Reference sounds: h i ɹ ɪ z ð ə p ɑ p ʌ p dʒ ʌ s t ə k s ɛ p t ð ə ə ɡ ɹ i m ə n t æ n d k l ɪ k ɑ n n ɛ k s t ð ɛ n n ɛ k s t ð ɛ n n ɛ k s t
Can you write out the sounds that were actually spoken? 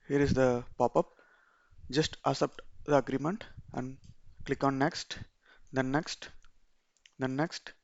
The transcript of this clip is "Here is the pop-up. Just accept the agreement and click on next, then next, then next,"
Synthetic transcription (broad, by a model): h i ɹ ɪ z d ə p ɑ p ʌ p dʒ ʌ s t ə s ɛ p t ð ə ə ɡ ɹ i m ə n t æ n d k l ɪ k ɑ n n ɛ k s t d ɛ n n ɛ k s t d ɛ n n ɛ k s t